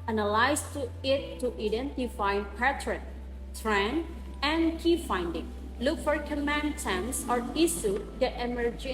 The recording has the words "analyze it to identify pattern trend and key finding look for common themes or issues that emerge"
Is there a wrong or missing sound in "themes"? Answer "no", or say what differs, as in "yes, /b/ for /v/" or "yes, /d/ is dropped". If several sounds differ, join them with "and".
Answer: yes, /t/ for /θ/ and /s/ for /z/